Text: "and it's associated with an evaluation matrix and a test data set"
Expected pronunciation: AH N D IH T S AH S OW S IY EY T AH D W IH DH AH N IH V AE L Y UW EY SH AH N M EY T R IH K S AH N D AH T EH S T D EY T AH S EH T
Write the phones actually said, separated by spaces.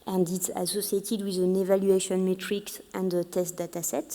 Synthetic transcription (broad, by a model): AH N D IH T S AH S OW S IY EY T AH D W IH DH AH N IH V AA L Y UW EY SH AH N M EY T R IH K S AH N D AH T EH S T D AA T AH S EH T